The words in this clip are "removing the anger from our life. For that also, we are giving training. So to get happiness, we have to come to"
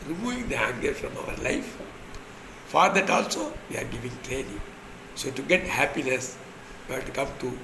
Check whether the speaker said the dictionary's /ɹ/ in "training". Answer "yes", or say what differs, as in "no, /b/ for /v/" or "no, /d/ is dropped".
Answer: no, /l/ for /ɹ/